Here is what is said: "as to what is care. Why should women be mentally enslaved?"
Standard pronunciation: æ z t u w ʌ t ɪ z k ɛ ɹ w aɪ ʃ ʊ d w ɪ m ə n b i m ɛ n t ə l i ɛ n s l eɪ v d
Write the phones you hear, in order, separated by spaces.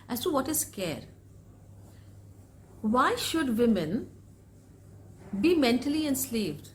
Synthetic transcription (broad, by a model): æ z s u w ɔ t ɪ s k ɛ ɹ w aɪ ʃ ʊ d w ɪ m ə n b i m ɛ n t ə l i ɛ n s l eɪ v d